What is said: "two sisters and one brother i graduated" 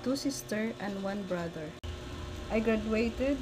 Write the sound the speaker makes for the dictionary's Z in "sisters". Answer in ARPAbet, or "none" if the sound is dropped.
none